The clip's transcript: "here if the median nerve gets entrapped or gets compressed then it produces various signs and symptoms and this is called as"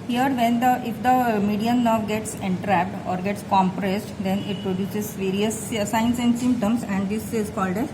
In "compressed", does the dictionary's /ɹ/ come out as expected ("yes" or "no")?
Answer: yes